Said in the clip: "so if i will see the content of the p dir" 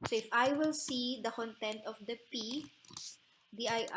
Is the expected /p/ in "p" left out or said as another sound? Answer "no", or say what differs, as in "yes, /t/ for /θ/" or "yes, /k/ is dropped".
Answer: no